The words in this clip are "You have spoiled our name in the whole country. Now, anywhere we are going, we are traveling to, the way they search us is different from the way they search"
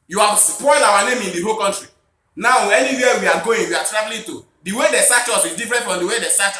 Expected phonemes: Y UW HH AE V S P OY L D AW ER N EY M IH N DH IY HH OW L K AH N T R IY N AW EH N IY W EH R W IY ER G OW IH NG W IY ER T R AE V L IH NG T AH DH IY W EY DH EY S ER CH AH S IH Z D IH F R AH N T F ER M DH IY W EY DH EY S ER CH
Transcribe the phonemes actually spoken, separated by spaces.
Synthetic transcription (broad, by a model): Y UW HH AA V S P OY L AW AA N EY M IH N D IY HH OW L K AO N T R IY N AW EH N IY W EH W IY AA G OW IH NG W IY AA T R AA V L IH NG T AH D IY W EY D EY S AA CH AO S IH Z D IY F R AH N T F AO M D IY W EY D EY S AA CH